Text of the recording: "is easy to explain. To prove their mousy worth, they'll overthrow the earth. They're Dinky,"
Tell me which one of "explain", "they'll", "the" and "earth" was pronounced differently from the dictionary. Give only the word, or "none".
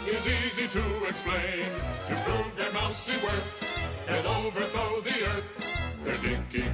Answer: they'll